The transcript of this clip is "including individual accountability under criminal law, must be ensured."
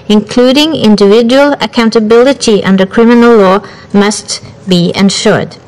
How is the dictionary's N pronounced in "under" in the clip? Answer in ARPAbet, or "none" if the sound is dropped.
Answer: N